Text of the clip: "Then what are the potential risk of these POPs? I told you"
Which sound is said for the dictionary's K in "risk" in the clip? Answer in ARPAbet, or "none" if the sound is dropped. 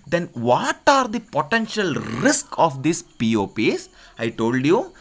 K